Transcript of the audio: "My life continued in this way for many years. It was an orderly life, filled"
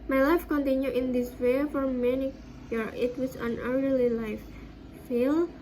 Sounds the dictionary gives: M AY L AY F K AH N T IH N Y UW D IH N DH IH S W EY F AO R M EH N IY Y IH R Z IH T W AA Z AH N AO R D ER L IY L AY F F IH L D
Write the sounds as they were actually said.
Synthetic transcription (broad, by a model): M AY L AY F K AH N T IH N Y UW IH N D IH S W EY F AO R M EH N IY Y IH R IH T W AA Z AH N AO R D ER L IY L AY F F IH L